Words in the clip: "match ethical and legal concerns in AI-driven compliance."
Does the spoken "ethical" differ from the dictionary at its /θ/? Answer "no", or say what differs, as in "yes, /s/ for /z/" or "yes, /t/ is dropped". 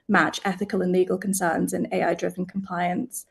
no